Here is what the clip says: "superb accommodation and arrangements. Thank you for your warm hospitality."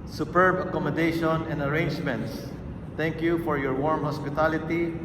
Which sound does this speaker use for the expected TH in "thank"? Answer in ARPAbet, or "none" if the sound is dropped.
T